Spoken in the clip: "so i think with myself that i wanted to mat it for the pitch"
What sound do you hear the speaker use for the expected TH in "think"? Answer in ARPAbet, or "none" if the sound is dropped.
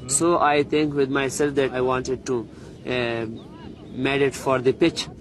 T